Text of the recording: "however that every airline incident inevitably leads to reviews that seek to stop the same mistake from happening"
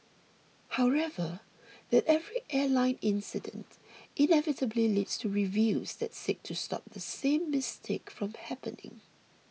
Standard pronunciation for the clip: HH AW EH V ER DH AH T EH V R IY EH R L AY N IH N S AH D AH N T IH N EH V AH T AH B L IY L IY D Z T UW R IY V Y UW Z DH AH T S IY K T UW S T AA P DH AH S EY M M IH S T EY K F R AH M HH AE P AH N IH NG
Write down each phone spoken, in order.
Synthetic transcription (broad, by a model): HH AW EH V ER DH AH T EH V R IY EH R L AY N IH N S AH D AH N T IH N EH V AH T AH B L IY L IY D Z T UW R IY V Y UW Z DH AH T S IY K T UW S T AA P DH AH S EY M M IH S T EY K F R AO M HH AE P AH N IH NG